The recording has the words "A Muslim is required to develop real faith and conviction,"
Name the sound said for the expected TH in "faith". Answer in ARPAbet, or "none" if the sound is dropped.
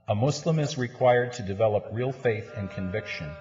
TH